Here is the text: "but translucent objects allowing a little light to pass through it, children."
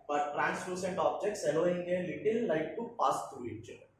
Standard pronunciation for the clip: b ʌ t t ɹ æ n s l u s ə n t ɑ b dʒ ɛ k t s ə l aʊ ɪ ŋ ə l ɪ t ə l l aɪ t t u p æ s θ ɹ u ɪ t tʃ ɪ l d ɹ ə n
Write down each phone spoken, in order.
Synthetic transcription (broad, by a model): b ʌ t t ɹ æ n s l u s ə n t ɑ b dʒ ɛ k t s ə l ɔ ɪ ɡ ə l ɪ t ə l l aɪ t t u p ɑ s t ɹ u ɪ t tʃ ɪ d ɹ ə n